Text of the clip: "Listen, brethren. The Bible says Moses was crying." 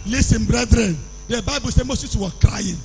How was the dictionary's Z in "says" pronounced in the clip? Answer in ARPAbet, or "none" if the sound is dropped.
none